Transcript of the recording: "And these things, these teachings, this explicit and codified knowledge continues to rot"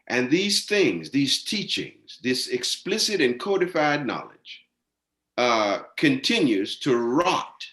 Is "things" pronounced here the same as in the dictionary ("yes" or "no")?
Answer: yes